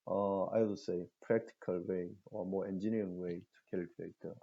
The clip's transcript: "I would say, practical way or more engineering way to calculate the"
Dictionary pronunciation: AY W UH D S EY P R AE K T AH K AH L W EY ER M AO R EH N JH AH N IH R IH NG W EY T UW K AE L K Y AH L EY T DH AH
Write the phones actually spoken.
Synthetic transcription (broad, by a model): AY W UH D S EY P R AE K T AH K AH L W EY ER M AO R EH N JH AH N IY IH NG W EY T UW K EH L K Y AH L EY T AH